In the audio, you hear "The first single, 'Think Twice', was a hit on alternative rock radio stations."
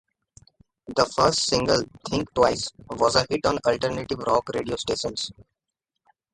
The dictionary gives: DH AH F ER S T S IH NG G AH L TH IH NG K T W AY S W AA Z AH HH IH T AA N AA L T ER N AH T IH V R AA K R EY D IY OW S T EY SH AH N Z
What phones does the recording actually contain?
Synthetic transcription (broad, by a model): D AH F ER S T S IH NG G AH L T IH NG K T W AY S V AA Z AH HH IH T AA N AA L T ER N AH T IH V R AA K R EY D IY OW S T EY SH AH N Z